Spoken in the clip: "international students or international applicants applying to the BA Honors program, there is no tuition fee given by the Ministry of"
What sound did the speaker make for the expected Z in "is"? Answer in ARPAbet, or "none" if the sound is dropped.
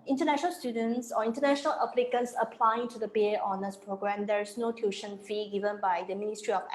S